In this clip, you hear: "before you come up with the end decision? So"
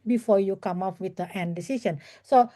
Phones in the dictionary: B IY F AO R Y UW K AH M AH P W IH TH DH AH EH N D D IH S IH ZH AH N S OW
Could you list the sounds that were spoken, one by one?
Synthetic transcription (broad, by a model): B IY F AO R Y UW K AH M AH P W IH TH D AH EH N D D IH S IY S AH N S OW